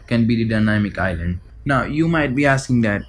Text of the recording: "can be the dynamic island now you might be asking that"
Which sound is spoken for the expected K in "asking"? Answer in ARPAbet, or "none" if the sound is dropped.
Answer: K